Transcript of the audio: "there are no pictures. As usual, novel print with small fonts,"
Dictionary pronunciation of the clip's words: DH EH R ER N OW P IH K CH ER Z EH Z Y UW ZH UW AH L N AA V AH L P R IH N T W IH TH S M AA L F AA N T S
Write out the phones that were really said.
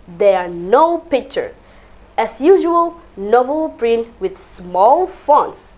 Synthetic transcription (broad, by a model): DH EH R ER N OW P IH K CH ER EH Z Y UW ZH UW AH L N AA V AH L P R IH N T W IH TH S M AA L F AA N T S